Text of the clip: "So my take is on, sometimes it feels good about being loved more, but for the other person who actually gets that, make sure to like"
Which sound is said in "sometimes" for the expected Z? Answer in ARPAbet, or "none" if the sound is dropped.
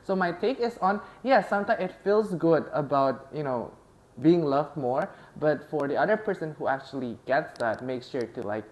none